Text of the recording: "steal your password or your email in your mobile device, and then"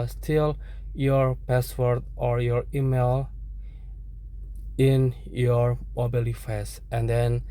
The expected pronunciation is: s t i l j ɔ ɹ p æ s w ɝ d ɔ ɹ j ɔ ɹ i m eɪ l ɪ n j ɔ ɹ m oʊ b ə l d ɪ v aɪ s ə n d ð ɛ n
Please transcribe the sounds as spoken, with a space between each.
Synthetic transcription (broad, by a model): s t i l j ɔ ɹ p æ s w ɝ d ɔ ɹ j ɔ ɹ i m eɪ l ɪ n j ɔ ɹ m oʊ b ə l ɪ f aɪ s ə n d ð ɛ n